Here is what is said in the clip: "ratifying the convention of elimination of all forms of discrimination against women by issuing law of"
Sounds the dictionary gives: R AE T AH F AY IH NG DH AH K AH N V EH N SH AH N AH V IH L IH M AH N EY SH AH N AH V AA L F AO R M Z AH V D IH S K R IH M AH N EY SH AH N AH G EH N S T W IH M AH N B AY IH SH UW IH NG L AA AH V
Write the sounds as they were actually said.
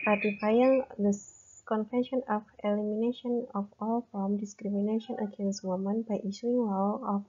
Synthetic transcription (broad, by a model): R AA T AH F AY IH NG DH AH K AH N F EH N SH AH N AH F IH L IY M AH N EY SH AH N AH F AA L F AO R M D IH S K R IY M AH N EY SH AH N AH G EH N S T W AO M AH N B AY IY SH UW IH NG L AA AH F